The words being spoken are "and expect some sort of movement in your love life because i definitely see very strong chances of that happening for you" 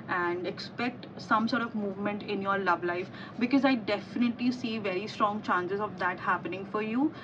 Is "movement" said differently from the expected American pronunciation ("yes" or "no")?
no